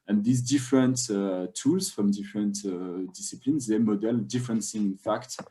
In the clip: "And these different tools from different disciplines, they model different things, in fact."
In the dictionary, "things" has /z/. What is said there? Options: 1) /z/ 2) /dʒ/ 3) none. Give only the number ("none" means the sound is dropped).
3